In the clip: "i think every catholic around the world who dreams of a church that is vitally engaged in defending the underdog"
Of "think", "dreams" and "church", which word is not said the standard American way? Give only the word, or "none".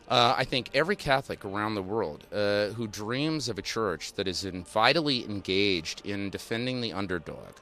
none